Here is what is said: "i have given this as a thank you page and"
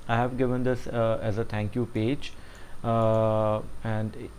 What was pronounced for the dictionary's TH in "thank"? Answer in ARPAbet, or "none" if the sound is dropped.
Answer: T